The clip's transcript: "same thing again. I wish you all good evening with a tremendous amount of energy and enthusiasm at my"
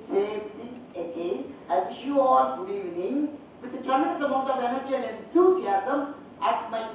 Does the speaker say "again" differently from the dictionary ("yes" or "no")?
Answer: yes